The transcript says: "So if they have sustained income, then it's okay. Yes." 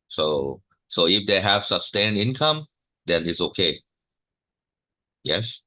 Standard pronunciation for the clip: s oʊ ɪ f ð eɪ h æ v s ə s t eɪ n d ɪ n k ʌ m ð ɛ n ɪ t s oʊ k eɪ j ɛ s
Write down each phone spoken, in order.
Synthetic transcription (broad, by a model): s oʊ ɪ f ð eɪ h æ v s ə s t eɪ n ɪ n k ʌ m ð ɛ n ɪ t s oʊ k eɪ j ɛ s